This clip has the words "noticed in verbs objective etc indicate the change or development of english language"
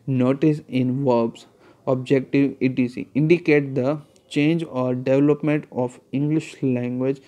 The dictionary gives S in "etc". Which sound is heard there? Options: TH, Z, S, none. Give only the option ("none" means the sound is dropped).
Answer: none